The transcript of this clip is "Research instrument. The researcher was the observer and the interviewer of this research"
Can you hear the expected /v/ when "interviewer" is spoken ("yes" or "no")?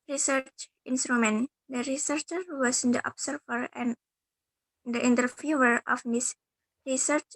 no